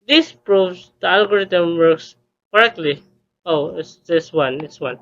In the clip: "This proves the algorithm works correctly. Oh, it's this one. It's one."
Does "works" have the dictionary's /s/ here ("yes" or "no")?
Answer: yes